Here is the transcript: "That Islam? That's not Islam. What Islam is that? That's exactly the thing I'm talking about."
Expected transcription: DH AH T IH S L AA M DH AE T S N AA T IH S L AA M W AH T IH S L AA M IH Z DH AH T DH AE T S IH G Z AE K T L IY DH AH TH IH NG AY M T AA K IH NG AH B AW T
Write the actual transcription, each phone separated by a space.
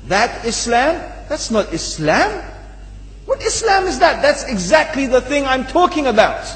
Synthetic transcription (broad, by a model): DH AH T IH S L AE M DH AE T S N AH T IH S L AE M W AH T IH S L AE M IH Z DH AH T DH AE T S IH G Z AE K T L IY DH AH TH IH NG AY M T AA K IH NG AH B AW T